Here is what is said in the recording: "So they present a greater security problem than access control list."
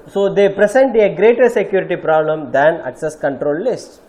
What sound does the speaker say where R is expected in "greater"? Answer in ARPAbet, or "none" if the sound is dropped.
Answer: R